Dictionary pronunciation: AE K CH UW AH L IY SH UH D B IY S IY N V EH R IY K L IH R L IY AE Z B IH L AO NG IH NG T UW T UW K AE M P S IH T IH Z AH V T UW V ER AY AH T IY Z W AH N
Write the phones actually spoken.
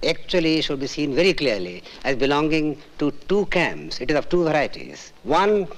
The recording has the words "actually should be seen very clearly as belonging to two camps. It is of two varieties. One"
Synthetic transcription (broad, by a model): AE K CH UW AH L IY SH UH D B IY S IY N V EH R IY K L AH R L IY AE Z B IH L AO NG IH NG T UW T UW K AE M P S IH T IH Z AH V T UW V ER AY AH T IY Z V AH N